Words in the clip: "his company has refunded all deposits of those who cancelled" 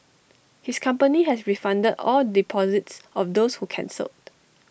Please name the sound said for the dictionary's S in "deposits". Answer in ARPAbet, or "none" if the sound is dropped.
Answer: S